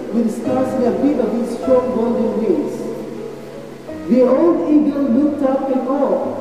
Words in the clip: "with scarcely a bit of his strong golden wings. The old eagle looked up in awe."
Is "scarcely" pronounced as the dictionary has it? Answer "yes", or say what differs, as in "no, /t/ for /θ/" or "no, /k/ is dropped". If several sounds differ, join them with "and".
no, /l/ is dropped